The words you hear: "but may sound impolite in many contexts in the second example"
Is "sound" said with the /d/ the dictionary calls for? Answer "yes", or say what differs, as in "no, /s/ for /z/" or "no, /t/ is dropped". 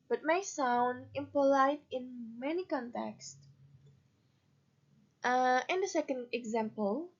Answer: yes